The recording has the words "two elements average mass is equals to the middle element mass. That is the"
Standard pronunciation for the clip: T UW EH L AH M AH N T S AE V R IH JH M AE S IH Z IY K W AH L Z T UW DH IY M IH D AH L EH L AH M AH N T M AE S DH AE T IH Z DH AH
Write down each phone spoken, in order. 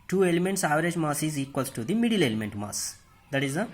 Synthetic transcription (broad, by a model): T UW EH L AH M AH N T S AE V R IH JH M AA S IH Z IY K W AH L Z T UW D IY M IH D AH L EH L AH M AH N T M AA S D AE T IH Z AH